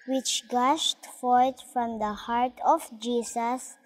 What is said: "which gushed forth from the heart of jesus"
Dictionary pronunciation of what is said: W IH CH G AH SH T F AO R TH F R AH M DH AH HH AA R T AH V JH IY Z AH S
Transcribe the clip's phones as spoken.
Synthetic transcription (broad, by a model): W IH CH G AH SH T F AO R T F R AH M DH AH HH AA R T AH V JH IY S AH S